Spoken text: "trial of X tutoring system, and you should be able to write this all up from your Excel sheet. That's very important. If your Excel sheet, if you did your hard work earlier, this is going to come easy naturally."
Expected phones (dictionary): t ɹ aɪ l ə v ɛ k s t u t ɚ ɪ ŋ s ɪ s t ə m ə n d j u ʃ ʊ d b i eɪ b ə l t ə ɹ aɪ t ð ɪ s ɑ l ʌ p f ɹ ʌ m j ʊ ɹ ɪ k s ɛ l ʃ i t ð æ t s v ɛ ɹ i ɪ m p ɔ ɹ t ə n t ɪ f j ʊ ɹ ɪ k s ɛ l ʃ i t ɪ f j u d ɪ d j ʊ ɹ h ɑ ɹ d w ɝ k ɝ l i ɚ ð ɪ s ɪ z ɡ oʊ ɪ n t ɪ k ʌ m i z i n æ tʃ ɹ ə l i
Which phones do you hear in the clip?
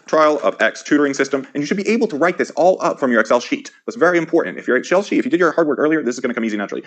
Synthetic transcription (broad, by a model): t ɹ aɪ l ə v ɛ k s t u t ɚ ɪ ŋ s ɪ s t ə m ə n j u ʃ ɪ d b i eɪ b l t ə ɹ aɪ t ð ɪ s ɑ l ʌ p f ɹ ʌ m j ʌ ɹ ɪ k s ɛ l ʃ i t ð æ t s v ɛ ɹ i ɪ m p ɔ ɹ t n t ɪ f j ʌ ɹ ɪ k s ɛ l ʃ i t ɪ f j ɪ d ɪ d j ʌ ɹ h ɑ ɹ d w ɝ k ɝ l i ɚ ð ɪ s ɪ z ɡ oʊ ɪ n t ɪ k ʌ m i z i n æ tʃ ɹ l i